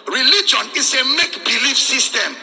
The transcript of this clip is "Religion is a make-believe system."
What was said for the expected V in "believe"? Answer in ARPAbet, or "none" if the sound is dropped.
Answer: F